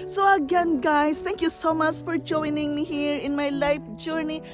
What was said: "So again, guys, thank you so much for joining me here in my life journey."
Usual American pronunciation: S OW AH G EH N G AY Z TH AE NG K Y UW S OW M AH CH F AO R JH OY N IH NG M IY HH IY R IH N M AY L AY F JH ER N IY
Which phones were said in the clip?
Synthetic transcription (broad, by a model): S OW AH G EH N G AY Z T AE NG K Y UW S OW M AH CH F AO R JH OY N IH NG M IY HH IY R IH N M AY L AY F JH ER N IY